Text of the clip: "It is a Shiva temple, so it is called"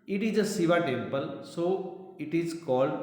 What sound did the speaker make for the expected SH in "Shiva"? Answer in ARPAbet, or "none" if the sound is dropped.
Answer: S